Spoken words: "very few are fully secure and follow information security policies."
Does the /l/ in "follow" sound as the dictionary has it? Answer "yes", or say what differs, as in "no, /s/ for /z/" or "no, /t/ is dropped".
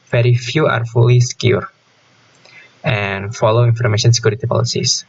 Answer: yes